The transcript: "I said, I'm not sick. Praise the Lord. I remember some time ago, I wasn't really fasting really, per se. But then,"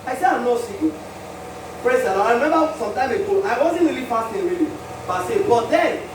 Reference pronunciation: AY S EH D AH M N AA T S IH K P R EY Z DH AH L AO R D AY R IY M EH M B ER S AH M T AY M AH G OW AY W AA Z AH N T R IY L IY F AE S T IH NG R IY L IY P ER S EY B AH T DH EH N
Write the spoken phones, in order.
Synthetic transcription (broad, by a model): AY S EH D AH M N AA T S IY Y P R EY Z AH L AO AY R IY M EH M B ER S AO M T AY M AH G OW AY W AA Z AH N T R IY L IY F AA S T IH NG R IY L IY B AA S EY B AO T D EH N